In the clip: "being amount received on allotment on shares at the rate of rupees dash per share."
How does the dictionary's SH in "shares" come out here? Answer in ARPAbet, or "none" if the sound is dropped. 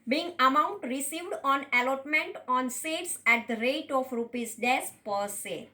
S